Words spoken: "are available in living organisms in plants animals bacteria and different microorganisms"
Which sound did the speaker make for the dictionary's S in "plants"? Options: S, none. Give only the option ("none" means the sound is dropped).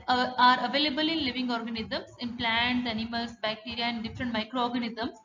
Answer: none